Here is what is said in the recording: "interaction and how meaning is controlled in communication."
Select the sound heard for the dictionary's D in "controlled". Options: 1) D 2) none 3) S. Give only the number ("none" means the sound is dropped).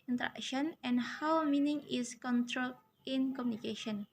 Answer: 2